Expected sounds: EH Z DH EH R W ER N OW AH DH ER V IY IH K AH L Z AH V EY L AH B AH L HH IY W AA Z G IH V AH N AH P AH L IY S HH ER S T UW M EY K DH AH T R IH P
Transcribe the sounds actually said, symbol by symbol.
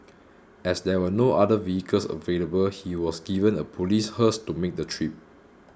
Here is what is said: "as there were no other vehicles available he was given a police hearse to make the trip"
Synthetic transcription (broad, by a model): EH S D EH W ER N OW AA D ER V IY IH K AH L S AH V EY L AH B AH L HH IY W AA S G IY V AH N AH P AH L IY S HH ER S T UW M EY K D AH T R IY P